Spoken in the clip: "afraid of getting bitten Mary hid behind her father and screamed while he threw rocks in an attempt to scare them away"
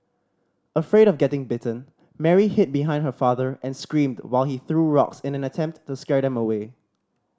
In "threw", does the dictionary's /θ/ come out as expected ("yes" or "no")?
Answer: yes